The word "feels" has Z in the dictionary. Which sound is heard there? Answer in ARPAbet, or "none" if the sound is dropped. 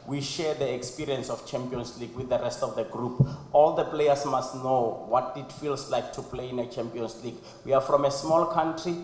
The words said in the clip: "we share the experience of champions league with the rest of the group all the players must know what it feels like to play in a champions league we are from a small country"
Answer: S